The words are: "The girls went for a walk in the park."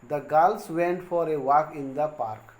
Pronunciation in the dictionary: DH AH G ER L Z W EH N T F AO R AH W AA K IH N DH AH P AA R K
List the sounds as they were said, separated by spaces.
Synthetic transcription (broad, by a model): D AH G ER L S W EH N T F AO R AH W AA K IH N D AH P AA R K